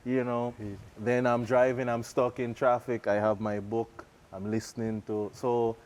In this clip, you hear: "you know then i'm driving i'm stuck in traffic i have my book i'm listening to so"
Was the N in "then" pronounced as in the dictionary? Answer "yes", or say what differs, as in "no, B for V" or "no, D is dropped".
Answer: yes